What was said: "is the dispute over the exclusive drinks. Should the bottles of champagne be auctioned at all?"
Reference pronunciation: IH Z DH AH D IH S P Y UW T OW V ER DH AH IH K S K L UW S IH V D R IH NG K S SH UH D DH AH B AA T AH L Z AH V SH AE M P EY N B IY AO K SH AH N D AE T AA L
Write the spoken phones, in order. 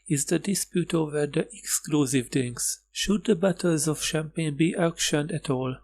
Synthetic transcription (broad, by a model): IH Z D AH D IH S P Y UW T OW V ER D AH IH K S K L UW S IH V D IH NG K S SH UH D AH B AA T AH L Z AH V SH AE M P EY N B IY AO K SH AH N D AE T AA L